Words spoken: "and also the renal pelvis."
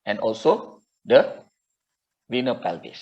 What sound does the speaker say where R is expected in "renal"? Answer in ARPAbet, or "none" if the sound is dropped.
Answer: W